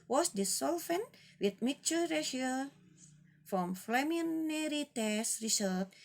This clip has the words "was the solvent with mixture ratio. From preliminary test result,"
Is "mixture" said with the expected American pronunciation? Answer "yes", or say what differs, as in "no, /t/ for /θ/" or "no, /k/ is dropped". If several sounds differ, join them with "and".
no, /s/ is dropped